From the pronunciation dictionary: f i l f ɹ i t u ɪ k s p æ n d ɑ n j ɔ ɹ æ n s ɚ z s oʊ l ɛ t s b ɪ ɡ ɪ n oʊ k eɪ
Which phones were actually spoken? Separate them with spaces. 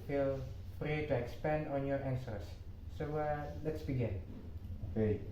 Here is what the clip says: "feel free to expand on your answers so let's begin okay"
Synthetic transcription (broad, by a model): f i l p ɹ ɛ t u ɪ k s p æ n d ɑ n j ɔ ɹ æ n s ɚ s oʊ l ɛ t s b ɪ ɡ ɪ n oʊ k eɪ